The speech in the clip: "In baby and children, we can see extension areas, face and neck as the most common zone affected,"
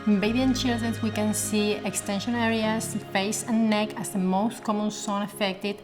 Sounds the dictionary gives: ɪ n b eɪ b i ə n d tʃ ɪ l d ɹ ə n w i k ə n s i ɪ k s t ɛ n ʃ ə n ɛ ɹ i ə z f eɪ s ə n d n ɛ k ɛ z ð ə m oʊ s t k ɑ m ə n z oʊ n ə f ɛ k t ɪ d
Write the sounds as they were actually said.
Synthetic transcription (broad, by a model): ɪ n b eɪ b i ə n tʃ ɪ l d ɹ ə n w i k ə n s i ɪ k s t ɛ n ʃ ə n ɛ ɹ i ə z f eɪ s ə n n ɛ k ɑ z ð ə m oʊ s t k ɑ m ə n s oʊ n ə f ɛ k t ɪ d